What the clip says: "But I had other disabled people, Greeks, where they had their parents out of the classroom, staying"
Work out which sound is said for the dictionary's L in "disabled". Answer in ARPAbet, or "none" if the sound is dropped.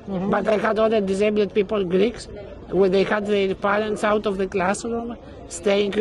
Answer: none